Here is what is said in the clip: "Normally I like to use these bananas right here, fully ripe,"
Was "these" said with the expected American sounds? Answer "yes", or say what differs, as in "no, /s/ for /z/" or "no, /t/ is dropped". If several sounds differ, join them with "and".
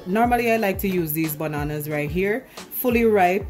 yes